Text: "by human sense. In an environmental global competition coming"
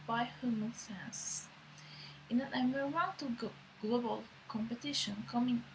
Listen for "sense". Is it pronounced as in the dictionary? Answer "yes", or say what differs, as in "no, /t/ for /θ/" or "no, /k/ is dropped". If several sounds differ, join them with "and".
no, /n/ is dropped